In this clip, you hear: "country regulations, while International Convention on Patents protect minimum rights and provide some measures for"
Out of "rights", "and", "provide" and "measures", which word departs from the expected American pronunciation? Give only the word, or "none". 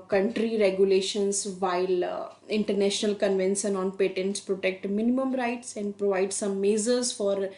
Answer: measures